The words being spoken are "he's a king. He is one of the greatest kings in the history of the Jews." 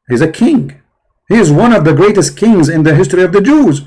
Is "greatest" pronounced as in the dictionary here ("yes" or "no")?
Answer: yes